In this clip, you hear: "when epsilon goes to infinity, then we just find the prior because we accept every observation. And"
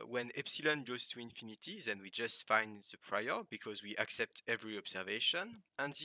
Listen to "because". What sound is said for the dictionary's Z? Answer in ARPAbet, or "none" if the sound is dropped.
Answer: Z